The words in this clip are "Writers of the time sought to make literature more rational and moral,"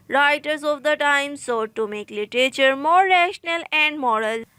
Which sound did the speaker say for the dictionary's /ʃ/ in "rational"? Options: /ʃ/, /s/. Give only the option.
/ʃ/